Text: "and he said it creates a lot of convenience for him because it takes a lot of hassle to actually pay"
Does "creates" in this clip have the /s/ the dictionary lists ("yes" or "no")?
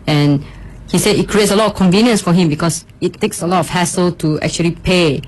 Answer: yes